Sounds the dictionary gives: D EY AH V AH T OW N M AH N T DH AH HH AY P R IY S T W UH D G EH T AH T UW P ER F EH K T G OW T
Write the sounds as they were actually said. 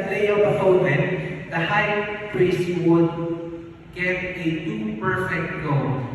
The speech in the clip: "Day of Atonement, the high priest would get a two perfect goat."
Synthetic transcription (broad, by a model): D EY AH B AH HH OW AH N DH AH HH AY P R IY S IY W UH D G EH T AH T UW P ER F EH K T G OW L